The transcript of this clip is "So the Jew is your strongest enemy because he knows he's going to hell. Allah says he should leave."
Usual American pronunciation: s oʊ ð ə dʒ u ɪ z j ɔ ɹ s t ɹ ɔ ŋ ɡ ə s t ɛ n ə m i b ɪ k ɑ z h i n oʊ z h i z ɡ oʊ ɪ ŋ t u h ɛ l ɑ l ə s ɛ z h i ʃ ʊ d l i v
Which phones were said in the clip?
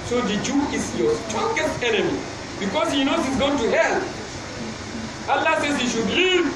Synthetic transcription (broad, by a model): s oʊ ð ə dʒ u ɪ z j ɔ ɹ s t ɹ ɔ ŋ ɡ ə s t ɛ n ə m i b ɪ k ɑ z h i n oʊ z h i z ɡ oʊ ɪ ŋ t u h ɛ l ɑ l ə s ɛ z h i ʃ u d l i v